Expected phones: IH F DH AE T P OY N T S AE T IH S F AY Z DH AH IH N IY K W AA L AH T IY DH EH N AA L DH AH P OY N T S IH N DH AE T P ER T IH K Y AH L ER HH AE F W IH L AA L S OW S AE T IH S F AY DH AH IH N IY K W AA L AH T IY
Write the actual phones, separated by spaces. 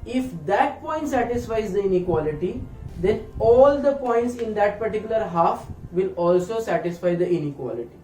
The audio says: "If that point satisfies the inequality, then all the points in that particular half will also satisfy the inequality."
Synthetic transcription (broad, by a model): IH F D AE T P OY N T S AE T IH S F AY Z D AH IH N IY K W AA L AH T IY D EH N AA L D AH P OY N T S IH N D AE T P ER T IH K Y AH L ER HH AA F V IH L AA L S OW S AE T IH S F AY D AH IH N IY K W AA L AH T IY